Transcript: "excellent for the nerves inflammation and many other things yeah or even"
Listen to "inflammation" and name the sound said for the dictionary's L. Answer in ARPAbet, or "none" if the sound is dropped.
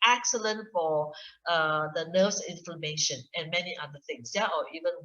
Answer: none